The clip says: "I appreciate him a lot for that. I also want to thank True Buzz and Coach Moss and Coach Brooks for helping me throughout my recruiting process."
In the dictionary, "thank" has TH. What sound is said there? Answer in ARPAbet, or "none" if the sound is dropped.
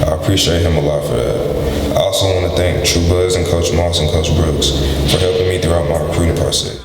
TH